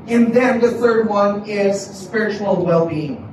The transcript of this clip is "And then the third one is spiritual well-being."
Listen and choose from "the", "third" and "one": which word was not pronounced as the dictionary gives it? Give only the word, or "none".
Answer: none